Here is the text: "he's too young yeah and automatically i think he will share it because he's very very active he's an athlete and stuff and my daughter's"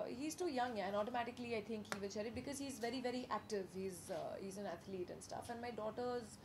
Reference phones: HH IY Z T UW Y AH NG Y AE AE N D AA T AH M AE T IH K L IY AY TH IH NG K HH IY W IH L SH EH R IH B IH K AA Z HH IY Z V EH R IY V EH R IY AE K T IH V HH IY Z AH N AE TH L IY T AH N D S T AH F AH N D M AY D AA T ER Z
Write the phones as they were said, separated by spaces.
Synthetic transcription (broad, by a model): HH IY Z T UW Y AH NG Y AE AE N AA T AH M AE T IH K L IY AY T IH NG K HH IY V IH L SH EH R IH B IH K AA Z HH IY Z V EH R IY V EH R IY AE K T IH V HH IY Z AH N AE T L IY T AH N D S T AH F AH N D M AY D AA T ER Z